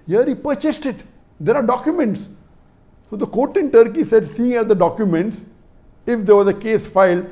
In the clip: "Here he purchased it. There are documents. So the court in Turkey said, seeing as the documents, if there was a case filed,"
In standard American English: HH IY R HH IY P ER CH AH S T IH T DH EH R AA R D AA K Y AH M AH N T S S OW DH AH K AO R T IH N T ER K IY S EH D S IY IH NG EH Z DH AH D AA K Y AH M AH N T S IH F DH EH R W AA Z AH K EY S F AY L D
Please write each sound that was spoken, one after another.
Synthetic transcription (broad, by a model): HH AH R HH IY P ER CH AH S T IH T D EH R AA R D AA K Y AH M AH N T S S OW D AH K AO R T IH N T ER K IY S EH D S IY IH NG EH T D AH D AA K Y AH M AH N T S IH F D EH R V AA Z AH K EY S F AY L